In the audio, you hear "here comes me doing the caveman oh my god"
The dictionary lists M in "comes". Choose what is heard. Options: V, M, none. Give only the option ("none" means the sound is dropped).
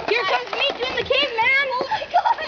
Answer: none